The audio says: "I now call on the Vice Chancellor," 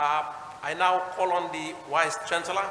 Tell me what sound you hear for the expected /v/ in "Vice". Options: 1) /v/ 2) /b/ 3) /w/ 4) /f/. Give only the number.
3